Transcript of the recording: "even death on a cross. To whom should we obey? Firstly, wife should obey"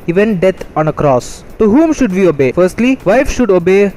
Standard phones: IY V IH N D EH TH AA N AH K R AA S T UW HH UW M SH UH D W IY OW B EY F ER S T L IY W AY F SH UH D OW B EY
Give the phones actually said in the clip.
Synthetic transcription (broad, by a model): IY V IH N D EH T AA N AH K R AA S T UW HH UW M SH UH D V IY OW B EY F ER S T L IY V AY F SH UH D OW B EY